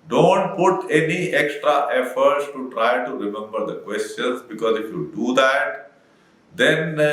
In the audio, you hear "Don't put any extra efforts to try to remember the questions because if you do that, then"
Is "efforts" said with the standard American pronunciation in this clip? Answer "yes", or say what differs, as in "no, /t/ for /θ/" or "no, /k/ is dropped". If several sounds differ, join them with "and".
yes